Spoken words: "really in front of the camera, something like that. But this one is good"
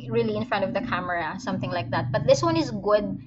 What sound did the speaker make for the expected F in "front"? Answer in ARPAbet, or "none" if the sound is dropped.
F